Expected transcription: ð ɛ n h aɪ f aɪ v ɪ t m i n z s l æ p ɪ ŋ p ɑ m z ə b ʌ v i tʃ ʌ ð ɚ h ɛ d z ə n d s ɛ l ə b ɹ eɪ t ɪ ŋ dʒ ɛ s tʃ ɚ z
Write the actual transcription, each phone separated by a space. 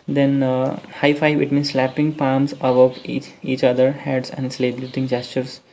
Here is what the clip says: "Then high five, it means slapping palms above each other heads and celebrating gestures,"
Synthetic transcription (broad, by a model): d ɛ n h aɪ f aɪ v ɪ t m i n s l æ p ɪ ŋ p ɑ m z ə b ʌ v i tʃ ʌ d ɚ h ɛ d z ə n d s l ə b l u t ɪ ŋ dʒ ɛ s tʃ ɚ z